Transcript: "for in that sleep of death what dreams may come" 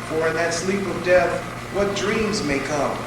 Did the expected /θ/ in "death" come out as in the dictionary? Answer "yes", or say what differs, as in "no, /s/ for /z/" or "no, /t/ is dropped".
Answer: yes